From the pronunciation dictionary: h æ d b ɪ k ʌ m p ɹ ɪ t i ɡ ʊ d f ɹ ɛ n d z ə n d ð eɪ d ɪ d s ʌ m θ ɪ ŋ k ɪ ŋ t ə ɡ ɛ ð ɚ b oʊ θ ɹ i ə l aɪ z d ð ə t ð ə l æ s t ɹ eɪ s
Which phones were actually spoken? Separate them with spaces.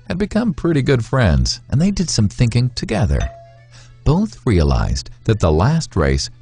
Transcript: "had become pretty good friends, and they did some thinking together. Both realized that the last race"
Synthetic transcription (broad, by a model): h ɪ d b ɪ k ʌ m p ɹ ɪ t i ɡ ʊ d f ɹ ɛ n d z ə n ð eɪ d ɪ d s ʌ m θ ɪ ŋ k ɪ ŋ t ə ɡ ɛ ð ɚ b oʊ θ ɹ i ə l aɪ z ð ə t ð ə l æ s t ɹ eɪ s